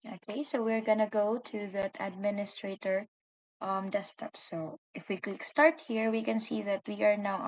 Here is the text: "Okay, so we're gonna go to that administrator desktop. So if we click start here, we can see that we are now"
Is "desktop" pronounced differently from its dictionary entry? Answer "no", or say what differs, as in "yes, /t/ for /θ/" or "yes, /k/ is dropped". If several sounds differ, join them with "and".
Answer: yes, /k/ is dropped